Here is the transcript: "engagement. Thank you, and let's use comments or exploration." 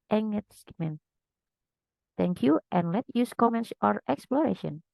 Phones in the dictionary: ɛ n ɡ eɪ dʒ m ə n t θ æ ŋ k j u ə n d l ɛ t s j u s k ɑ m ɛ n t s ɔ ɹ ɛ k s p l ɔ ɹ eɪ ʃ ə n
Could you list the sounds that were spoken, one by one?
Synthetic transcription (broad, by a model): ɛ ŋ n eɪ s m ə n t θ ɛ ŋ k j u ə n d l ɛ t j u s k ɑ m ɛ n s ɔ ɹ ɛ k s p l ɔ ɹ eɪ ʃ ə n